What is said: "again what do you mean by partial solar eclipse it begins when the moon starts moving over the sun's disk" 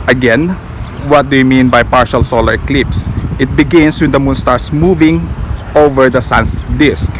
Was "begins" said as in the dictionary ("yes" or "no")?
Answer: no